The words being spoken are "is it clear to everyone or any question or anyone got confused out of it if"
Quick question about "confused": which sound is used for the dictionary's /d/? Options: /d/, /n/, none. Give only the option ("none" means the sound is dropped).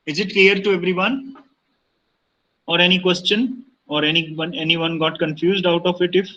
/d/